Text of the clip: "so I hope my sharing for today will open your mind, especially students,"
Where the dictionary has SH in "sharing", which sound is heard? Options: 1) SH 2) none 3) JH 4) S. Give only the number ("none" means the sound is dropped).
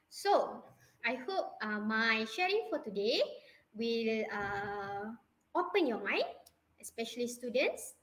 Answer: 1